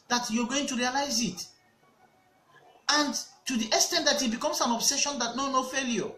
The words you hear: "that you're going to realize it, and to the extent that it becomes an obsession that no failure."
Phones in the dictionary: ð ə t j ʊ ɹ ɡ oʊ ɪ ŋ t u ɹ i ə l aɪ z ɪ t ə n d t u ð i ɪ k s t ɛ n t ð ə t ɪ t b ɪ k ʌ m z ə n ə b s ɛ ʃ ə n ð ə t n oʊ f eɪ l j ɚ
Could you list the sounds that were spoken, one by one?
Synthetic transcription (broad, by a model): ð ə t j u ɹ ɡ oʊ ɪ ŋ t u ɹ i ə l aɪ z ɪ t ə n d t u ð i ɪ s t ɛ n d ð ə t ɪ t b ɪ k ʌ m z ə n ə b s ɛ ʃ ə n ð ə t n oʊ f eɪ l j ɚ